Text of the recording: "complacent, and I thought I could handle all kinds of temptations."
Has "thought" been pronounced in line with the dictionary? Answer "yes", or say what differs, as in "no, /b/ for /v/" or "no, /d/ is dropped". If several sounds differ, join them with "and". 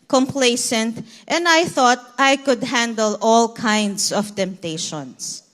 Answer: yes